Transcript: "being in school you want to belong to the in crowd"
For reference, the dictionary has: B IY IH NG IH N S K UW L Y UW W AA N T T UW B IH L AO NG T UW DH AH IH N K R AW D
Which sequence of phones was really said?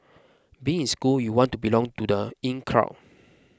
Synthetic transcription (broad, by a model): B IY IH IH N S K UW L Y UW W AA N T T UW B IH L AO NG T UW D AH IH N K R AW